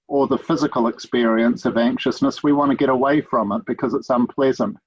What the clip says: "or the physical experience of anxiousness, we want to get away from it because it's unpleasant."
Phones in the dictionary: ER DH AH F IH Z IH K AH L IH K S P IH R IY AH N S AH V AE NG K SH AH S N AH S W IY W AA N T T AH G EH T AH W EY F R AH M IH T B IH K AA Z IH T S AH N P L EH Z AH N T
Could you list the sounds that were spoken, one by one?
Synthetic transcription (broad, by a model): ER DH AH F IH Z IH K AH L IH K S P IH R IY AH N S AH V AE NG K SH AH S N AH S W IY W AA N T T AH G EH T AH W EY F R AH M IH T B IH K AA Z IH T S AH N P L EH Z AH N T